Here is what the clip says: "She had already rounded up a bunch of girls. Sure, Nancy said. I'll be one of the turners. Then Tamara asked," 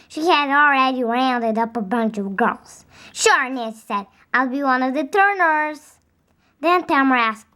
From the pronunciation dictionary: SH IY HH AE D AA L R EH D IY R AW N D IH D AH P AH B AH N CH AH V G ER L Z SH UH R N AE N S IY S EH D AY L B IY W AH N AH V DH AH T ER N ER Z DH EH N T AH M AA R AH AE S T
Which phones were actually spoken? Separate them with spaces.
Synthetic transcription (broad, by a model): SH IY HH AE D AA L R EH D IY R AW N D IH D AH P AH B AH N CH AH V G ER L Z SH UH R N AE S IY S EH D AY L B IY W AH N AH V DH AH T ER N ER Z DH EH N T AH M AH R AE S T